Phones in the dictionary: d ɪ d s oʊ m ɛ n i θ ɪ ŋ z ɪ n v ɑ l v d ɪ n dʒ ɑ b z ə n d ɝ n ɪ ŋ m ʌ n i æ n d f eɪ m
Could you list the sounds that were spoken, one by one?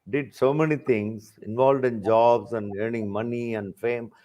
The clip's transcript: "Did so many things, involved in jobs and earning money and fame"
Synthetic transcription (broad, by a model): d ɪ d s oʊ m ɛ n i t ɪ ŋ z ɪ n v ɑ l v d ɪ n dʒ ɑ b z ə n d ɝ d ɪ ŋ m ʌ n i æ n d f eɪ m